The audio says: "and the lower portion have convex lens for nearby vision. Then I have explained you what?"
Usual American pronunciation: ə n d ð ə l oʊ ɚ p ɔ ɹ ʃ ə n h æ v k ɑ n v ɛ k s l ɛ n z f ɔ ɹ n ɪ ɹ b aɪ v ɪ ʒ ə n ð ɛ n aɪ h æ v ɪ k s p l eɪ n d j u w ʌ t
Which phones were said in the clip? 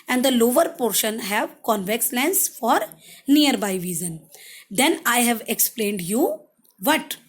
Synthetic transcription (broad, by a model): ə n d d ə l oʊ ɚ p ɔ ɹ ʃ ə n h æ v k ɑ n v ɛ k s l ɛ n s f ɔ ɹ n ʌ ɹ b aɪ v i z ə n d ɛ n aɪ h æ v ɪ k s p l eɪ n d j u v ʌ t